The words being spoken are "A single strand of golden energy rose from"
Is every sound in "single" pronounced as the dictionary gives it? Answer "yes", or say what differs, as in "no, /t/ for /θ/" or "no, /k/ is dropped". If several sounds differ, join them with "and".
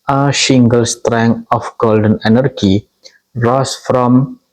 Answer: no, /ʃ/ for /s/